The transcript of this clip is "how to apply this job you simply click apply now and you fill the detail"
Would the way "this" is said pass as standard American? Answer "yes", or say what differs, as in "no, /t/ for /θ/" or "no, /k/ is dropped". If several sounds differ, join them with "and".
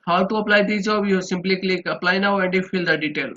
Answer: no, /s/ is dropped